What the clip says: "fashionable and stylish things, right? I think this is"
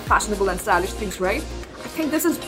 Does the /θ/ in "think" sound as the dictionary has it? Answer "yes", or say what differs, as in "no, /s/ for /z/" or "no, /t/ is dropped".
yes